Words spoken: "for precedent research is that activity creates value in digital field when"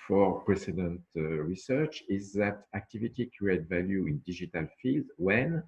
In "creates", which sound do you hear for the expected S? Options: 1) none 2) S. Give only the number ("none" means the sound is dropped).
1